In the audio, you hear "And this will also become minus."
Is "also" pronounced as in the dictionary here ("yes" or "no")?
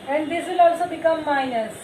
yes